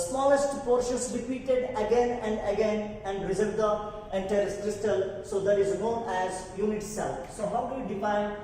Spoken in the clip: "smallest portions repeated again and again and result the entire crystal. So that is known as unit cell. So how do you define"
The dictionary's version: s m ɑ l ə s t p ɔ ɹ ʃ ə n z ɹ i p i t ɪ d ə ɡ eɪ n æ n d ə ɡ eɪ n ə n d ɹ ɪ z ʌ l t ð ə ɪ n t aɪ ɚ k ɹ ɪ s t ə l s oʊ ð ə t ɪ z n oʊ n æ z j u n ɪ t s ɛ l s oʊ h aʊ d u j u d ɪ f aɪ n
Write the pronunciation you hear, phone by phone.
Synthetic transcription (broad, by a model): s m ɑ l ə s t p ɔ ɹ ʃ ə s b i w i t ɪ d ə ɡ eɪ n æ n d ə ɡ eɪ n ə n d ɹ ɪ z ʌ t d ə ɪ n t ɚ k ɹ ɪ s t ə l s oʊ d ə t ɪ z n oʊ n æ z j u n ɪ t s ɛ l s oʊ h aʊ d u j u d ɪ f aɪ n